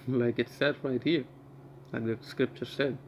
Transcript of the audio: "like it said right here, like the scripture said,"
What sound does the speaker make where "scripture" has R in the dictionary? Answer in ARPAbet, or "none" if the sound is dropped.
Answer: R